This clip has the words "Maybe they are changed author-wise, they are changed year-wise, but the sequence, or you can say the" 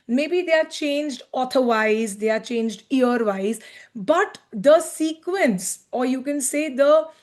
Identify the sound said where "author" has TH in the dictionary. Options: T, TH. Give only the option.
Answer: T